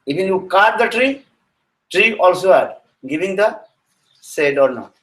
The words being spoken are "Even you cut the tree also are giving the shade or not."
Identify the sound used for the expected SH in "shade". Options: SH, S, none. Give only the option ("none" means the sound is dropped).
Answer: S